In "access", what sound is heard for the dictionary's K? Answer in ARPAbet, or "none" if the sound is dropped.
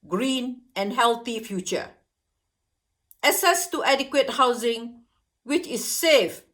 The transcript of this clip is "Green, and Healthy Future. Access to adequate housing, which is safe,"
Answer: none